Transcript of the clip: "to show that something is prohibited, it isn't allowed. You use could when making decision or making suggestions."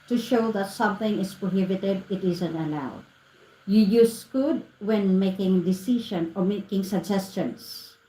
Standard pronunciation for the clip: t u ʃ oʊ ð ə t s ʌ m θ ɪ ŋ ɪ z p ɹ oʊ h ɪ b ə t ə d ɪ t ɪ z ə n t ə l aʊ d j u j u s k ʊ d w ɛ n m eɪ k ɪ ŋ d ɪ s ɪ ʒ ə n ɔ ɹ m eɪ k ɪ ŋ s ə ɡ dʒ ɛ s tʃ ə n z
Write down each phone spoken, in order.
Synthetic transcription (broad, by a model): t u ʃ oʊ ð ə t s ʌ m θ ɪ ŋ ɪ s p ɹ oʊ h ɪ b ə t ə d ɪ t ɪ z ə n t ə l aʊ d j u j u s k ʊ d w ɛ n m eɪ k ɪ ŋ d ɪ s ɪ ʃ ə n ɔ ɹ m eɪ k ɪ ŋ s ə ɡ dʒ ɛ s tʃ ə n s